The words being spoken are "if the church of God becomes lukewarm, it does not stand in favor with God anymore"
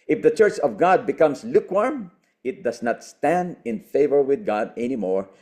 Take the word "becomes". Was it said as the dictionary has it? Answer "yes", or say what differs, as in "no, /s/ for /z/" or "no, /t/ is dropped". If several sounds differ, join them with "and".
no, /s/ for /z/